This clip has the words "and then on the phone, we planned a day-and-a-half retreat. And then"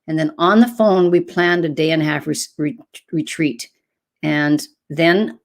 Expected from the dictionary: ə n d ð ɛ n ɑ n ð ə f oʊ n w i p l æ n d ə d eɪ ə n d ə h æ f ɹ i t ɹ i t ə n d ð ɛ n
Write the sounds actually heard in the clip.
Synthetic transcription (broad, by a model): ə n ð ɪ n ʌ n ð ə f oʊ n w i p l æ n d ə d eɪ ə n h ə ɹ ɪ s ɹ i t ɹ i t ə n ð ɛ n